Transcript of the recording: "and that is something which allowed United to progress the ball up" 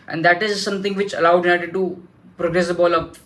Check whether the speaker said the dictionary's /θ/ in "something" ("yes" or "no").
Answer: no